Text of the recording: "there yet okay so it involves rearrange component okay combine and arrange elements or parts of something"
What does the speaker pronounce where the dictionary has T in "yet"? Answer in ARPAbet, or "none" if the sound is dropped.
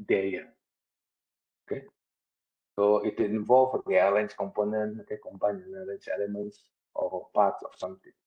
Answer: none